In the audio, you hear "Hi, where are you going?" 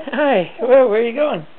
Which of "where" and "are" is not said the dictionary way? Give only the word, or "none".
where